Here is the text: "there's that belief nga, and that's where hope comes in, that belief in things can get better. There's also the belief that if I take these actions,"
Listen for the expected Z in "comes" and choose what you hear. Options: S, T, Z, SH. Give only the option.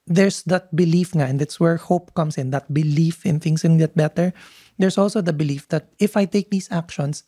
S